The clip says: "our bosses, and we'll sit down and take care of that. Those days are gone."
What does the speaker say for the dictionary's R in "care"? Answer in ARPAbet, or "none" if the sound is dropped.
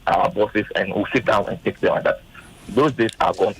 L